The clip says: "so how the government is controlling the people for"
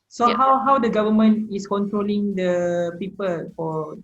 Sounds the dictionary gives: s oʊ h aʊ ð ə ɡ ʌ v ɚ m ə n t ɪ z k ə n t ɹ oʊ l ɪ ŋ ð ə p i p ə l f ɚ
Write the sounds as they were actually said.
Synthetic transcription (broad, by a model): s oʊ h aʊ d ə ɡ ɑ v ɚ m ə n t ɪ s k ə n t ɹ oʊ l ɪ ŋ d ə p i p ə l f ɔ